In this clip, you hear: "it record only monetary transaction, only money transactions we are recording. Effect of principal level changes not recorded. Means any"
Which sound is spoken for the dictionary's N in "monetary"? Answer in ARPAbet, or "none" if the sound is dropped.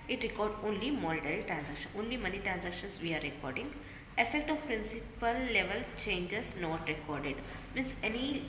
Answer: L